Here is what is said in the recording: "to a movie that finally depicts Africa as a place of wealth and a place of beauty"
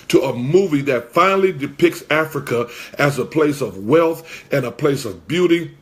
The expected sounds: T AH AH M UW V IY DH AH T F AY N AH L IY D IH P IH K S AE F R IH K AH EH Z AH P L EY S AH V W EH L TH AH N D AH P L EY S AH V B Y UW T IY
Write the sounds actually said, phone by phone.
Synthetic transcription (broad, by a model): T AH AH M UW V IY DH AH T F AY N L IY D IH P IH K S AE F R IH K AH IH Z AH P L EY S AH V W EH L TH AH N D AH P L EY S AH V B Y UW T IY